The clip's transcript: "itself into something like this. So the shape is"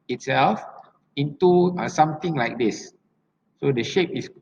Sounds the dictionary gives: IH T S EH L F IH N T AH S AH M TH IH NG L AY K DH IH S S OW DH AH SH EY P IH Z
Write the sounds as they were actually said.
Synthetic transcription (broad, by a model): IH T S EH L F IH N T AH S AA M T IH NG L AY K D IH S S OW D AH SH EY P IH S